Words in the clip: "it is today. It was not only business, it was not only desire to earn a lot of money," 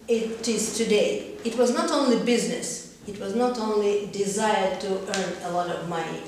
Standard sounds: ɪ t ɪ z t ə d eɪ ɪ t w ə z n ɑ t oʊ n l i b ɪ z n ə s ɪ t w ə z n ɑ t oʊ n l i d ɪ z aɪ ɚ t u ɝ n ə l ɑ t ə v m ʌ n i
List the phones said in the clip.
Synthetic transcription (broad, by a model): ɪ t ɪ z t ə d eɪ ɪ t w ə z n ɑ t oʊ n l i b ɪ z n ə s ɪ t w ə z n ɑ t oʊ n l i d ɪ z aɪ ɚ t u ɝ n ə l ɑ t ə v m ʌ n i